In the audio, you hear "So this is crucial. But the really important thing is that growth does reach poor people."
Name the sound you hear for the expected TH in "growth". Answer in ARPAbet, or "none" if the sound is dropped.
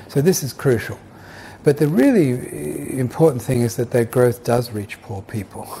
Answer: TH